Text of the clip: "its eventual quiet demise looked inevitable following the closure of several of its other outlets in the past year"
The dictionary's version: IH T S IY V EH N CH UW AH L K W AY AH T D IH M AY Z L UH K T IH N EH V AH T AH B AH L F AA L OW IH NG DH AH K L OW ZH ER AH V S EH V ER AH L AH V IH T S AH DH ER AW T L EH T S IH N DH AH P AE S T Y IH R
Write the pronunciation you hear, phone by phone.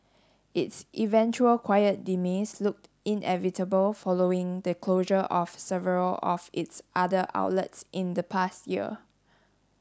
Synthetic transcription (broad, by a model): IH T S IY V EH N CH UW AH L K W AY AH T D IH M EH S L UH K T IH N EH V AH T AH B AH L F AA L OW IH NG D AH K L OW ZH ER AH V S EH V ER AH L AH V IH T S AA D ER AW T L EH T S IH N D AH P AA S T Y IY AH